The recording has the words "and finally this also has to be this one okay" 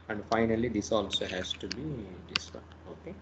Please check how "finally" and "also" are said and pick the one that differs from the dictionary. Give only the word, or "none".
none